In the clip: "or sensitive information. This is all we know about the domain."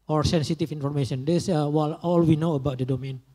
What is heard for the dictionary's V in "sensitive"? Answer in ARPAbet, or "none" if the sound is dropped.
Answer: F